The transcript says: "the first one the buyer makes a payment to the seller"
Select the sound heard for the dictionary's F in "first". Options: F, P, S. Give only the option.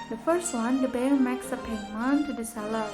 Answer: F